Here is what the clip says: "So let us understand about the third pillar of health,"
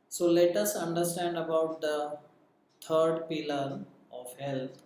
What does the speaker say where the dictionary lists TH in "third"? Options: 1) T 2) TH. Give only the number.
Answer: 1